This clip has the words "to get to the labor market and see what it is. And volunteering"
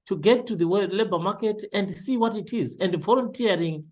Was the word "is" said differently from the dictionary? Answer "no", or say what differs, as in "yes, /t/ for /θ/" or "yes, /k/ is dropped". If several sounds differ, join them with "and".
no